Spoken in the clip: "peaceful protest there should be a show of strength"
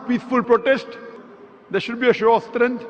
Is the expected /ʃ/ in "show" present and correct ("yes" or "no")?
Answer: yes